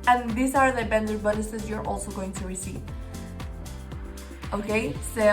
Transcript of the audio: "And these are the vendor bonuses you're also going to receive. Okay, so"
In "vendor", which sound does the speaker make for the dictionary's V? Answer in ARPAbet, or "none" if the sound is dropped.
B